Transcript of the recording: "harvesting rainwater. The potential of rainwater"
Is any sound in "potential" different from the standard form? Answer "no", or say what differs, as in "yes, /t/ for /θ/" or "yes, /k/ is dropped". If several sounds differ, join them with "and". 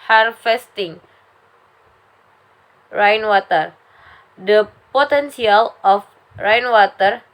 yes, /s/ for /ʃ/